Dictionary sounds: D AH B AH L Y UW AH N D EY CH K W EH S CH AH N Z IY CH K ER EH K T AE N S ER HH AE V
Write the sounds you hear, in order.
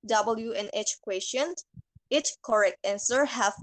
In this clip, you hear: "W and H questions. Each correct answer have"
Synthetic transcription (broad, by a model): D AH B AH L Y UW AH N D EY CH K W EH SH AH N IY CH K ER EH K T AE N S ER HH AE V